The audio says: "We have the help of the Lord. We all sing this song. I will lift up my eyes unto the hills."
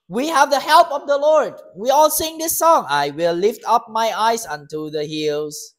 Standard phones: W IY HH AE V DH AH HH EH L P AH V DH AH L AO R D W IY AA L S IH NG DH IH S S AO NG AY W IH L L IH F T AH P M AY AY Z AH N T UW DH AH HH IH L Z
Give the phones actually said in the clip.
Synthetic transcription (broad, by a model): W IY HH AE V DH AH HH EH L P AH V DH AH L AO R D W IY AA L S IH NG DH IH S S AO NG AY W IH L L IH F T AH P M AY AY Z AH N T UW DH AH HH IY L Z